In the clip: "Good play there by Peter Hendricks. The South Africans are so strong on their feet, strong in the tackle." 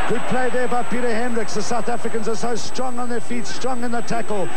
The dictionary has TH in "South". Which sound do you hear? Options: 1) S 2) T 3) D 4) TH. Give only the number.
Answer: 4